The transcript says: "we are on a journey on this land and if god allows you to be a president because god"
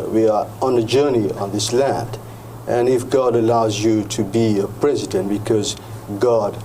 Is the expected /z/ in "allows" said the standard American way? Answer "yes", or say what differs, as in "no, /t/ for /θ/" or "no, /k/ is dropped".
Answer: yes